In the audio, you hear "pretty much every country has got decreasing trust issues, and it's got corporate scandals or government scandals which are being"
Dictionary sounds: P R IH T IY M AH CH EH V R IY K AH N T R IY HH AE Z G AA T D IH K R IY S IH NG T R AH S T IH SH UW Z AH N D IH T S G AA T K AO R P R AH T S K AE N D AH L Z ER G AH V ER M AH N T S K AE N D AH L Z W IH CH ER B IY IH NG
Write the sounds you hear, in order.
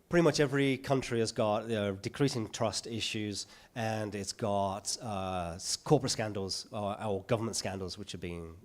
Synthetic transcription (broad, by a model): P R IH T IY M AH CH EH V R IY K AH N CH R IY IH Z G AA T D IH K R IY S IH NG T R AH S T IH SH UW Z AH N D IH T S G AA T K AO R P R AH T S K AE N D L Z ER G AH V ER M AH N T S K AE N D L Z W IH CH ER B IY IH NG